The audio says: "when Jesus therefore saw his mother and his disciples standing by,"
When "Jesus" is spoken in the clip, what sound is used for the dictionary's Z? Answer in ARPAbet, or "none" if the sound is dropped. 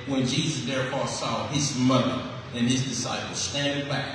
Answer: Z